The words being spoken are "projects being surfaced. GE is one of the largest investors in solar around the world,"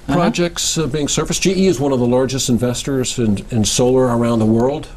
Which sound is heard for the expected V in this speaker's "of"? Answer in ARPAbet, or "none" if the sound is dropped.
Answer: V